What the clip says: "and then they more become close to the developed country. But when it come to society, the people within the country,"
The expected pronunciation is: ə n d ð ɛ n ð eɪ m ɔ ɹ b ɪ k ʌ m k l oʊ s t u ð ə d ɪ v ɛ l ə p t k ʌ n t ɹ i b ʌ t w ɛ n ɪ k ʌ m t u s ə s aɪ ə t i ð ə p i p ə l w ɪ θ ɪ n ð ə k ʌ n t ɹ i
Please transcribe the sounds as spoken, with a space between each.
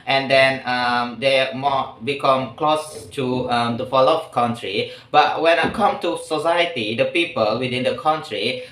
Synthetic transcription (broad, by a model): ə n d ɛ n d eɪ m ɔ b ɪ k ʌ m k l oʊ s t u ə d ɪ f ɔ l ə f k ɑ n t ɹ i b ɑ t w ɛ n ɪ k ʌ m t u s ə s aɪ ə t i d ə p i p ə l w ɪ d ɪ n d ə k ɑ n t ɹ i